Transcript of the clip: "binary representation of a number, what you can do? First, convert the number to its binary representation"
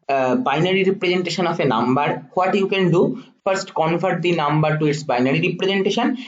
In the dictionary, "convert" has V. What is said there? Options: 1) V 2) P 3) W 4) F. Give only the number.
4